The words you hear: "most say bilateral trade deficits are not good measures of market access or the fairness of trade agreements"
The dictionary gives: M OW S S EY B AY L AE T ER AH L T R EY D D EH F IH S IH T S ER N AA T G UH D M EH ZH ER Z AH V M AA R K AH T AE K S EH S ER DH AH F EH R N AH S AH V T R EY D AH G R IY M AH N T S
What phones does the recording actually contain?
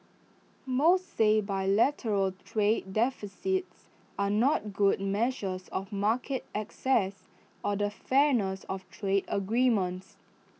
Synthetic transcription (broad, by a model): M OW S S EY B AY L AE T ER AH L T R EY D D EH F IH S IH T S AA N AA T G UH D M EH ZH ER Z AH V M AA K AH T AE K S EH S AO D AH F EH N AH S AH F T R EY D AH G R IY M AH N T S